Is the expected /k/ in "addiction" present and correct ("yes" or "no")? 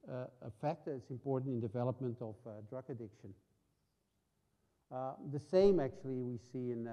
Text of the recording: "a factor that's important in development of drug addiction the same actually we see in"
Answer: yes